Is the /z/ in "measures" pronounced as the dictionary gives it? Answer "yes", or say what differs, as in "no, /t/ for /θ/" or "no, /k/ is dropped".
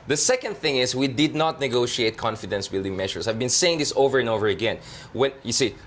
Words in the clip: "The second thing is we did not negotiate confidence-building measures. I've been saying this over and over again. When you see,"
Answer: no, /s/ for /z/